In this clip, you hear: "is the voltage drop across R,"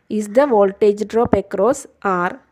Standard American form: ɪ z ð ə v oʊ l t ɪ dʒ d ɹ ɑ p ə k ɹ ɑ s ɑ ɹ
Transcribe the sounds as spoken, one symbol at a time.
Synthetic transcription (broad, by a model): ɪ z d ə v oʊ l t ɪ dʒ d ɹ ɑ p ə k ɹ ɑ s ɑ ɹ